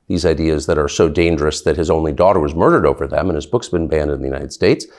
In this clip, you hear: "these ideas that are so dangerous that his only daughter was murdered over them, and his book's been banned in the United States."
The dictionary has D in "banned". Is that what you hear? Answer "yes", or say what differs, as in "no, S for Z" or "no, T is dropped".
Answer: yes